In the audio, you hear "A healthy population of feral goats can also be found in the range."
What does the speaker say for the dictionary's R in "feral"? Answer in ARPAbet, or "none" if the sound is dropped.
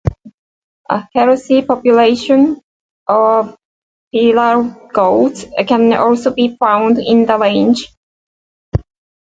L